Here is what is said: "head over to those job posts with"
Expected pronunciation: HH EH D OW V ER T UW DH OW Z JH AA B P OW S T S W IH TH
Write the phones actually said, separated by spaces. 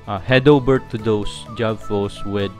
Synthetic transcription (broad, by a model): HH EH D OW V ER T UW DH OW S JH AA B F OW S S W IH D